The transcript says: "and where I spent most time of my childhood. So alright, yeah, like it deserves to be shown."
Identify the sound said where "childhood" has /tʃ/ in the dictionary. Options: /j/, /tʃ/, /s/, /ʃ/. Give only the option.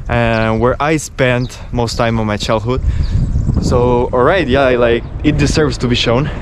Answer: /tʃ/